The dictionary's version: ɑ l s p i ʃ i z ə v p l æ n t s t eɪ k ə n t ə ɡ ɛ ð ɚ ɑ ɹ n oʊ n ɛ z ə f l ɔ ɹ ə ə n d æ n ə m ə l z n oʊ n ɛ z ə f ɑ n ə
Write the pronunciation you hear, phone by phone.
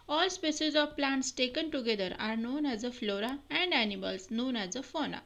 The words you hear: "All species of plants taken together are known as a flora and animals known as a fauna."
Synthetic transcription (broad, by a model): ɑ l s p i s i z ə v p l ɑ n t s t eɪ k ə n t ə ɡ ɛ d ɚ ɑ ɹ n oʊ n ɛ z ə f l ɔ ɹ ə ə n d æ n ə m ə l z n oʊ n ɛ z ə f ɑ n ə